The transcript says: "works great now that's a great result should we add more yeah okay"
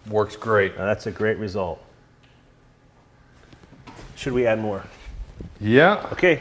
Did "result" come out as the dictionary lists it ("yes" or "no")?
yes